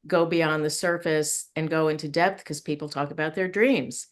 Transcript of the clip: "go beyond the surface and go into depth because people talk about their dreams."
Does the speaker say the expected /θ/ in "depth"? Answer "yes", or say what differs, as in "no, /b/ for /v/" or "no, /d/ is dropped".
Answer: yes